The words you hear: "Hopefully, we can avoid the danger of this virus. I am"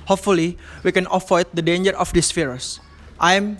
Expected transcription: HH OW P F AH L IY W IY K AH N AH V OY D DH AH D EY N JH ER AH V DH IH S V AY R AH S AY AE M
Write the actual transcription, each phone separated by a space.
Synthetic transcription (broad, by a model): HH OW P F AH L IY W IY K AH N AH F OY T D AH D EY N JH ER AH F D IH S F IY R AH S AY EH M